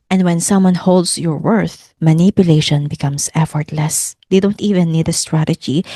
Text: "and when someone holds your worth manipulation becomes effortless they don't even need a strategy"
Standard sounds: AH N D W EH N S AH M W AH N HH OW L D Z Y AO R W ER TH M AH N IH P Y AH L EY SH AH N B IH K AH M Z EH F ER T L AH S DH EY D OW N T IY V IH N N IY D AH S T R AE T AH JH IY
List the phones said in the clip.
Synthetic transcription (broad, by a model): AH N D W EH N S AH M W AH N HH OW L D S Y AO R W ER TH M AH N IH P Y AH L EY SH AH N B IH K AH M S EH F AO T L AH S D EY D OW N T IY V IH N N IY D AH S T R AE T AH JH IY